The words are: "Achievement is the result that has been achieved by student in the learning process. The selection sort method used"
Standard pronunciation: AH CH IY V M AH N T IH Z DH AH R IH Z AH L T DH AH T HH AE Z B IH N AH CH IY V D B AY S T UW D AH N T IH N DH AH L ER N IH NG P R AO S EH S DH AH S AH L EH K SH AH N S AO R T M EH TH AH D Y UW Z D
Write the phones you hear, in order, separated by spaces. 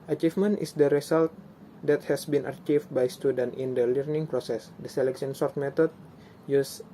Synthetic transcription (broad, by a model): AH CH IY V M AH N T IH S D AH R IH S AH L T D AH T HH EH S B IH N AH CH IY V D B AY S T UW D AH N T IH N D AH L ER N IH NG P R AO S EH S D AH S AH L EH K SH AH N S AO R T M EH T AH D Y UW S